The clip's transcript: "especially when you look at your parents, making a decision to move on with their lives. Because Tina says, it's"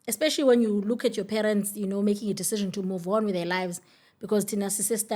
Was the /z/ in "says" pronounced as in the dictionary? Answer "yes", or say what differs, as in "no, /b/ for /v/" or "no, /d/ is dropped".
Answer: no, /s/ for /z/